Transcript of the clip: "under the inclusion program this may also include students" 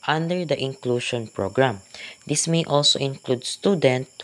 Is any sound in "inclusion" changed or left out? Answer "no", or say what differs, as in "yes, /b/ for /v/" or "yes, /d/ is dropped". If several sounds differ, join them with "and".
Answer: yes, /ʃ/ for /ʒ/